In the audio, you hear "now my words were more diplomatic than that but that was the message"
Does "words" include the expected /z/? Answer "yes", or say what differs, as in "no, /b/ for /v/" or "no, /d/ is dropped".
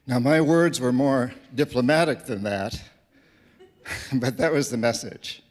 yes